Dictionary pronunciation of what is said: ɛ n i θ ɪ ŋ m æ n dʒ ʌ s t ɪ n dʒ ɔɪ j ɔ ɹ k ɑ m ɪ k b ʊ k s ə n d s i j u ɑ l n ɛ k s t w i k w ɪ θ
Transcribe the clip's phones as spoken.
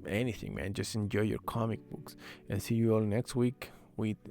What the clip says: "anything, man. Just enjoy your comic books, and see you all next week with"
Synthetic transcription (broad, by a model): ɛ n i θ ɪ ŋ m æ n dʒ ʌ s t ɪ n dʒ ɔɪ j ɔ ɹ k ɑ m ɪ k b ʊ k s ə n s i j u ɑ l n ɛ k s t w i k w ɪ